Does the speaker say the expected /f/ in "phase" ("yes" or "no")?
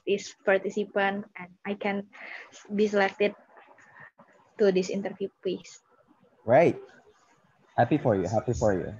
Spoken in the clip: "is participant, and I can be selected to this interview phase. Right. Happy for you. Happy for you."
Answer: no